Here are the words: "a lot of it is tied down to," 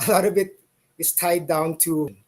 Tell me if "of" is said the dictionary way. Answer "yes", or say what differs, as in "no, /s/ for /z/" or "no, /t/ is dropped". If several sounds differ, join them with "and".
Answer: no, /b/ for /v/